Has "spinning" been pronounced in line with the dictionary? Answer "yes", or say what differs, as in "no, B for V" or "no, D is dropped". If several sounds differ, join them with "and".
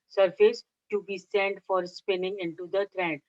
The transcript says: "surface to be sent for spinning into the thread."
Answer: yes